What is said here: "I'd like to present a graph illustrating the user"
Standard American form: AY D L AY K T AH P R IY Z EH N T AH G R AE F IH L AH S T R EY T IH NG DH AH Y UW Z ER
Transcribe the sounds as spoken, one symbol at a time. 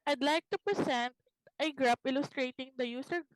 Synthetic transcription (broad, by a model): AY D L AY K T AH P R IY S EH N T AH G R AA P IH L AH S T R EY T IH NG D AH Y UW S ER